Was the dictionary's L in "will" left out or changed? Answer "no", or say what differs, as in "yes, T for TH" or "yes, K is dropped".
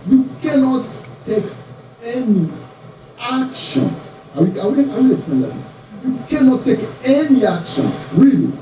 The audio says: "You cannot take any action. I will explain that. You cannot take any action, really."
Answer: yes, W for L